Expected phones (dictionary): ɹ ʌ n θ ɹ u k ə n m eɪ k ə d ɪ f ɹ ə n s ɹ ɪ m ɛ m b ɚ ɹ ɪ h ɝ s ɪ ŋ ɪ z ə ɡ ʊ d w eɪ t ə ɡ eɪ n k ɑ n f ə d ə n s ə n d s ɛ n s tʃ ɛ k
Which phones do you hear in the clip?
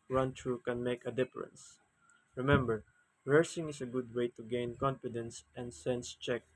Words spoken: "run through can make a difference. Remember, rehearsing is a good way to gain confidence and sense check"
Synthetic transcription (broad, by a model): ɹ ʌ n t ɹ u k ə n m eɪ k ə d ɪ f ɹ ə n s ɹ ɪ m ɛ m b ɚ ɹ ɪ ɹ s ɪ ŋ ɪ s ə ɡ ʊ d w eɪ t ə ɡ eɪ n k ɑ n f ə d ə n s ə n d s ɛ n s tʃ ɛ k